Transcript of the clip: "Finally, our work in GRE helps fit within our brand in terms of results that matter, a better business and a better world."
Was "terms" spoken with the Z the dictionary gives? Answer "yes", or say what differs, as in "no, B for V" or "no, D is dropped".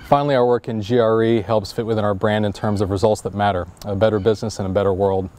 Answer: yes